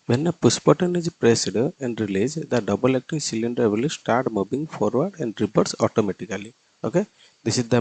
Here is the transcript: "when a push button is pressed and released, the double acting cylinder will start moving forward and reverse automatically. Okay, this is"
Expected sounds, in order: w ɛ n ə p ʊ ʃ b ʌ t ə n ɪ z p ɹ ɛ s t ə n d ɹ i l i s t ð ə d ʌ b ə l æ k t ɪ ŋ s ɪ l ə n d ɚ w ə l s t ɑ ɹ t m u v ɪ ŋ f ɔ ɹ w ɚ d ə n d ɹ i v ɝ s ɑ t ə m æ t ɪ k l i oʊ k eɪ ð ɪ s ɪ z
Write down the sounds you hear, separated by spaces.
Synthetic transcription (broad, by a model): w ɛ n ə p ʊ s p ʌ t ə n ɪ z p ɹ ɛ s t ə n d ɹ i l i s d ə d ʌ b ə l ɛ k t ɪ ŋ s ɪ l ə n d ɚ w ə l s t ɑ ɹ t m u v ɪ ŋ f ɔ ɹ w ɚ d ə n d ɹ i p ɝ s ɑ t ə m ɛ t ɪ k l i oʊ k eɪ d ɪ s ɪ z